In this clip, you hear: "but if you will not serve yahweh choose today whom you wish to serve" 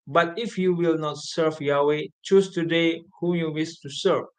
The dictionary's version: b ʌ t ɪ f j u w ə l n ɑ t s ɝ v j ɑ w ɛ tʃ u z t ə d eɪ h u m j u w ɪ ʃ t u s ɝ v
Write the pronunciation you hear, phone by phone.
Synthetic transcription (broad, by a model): b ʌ t ɪ f j u w ə l n ɑ t s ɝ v j ɑ w ɛ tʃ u s t ə d eɪ h u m j u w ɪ s t u s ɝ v